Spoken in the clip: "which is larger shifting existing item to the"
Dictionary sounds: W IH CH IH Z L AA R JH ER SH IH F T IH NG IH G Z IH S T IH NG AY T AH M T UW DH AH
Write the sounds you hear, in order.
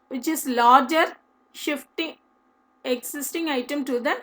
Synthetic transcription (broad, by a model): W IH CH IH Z L AA R JH ER SH IH F T IH NG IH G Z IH S T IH NG AY T AH M T UW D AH